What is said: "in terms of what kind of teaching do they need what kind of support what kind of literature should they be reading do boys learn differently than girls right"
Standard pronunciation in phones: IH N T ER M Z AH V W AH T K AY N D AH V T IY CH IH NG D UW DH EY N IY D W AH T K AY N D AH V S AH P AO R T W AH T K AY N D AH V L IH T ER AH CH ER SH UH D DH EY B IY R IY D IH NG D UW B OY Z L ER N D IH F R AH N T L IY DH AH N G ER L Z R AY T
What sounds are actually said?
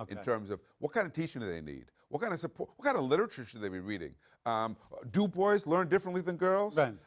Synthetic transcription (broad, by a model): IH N T ER M Z AH V W AH T K AY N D AH V T IY CH IH NG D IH DH EY N IY D W AH T K AY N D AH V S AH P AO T W AH T K AY N D AH V L IH T ER AH CH ER SH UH D DH EY B IY R IY D IH NG D UW B OY Z L ER N D IH F R AH N T L IY DH AH N G ER L Z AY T